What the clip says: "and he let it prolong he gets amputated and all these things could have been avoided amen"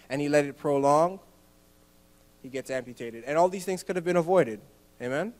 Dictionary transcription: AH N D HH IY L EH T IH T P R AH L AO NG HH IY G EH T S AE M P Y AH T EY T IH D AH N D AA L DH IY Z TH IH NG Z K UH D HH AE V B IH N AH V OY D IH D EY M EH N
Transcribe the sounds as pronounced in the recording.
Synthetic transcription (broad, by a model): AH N IY L EH T IH T P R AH L AO NG HH IY G EH T S AE M P Y AH T EY T IH D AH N AA L DH IY Z TH IH NG Z K UH D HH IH V B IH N AH V OY D IH D EY M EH N